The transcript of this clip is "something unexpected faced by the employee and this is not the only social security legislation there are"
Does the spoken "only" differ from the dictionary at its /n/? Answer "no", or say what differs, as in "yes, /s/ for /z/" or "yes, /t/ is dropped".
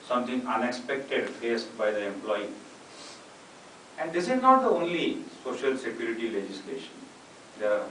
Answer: no